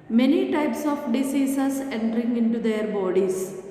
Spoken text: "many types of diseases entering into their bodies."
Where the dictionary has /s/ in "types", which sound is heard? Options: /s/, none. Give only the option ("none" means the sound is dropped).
/s/